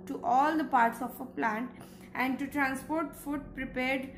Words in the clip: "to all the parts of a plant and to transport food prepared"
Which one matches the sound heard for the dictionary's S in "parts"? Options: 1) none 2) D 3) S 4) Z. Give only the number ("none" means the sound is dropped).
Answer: 3